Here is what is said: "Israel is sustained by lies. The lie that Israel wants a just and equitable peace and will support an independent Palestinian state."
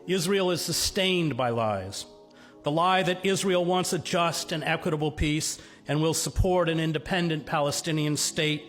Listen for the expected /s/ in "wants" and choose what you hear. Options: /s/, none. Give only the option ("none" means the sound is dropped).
/s/